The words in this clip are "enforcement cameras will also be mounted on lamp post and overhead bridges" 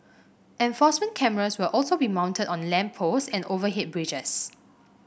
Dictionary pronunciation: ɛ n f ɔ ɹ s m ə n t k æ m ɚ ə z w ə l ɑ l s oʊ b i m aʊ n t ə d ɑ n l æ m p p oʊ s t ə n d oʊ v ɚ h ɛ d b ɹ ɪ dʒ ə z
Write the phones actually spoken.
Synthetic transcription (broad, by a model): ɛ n f ɔ s m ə n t k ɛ m ɚ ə s w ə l ɑ l s oʊ b i m aʊ n t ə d ɑ n l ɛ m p p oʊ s ə n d oʊ v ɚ h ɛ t b ɹ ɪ dʒ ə s